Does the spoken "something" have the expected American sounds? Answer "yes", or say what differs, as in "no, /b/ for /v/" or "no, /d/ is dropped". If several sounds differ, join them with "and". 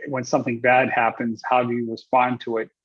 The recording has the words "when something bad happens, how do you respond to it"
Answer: yes